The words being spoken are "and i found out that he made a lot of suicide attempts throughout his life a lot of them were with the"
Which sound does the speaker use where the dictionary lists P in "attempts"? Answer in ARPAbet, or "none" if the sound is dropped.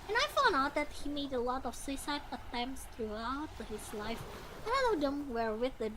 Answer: P